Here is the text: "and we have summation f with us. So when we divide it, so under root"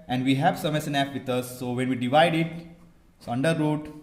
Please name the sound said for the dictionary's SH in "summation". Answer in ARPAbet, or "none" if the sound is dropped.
S